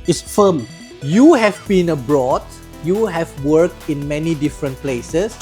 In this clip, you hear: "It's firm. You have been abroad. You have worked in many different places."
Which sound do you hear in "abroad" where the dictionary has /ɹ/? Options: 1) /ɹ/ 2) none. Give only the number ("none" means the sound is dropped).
1